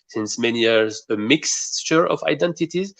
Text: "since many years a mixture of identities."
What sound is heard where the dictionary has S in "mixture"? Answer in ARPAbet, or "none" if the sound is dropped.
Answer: S